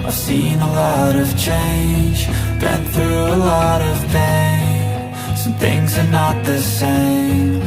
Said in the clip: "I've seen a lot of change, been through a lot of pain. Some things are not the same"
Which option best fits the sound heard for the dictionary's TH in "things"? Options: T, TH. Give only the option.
TH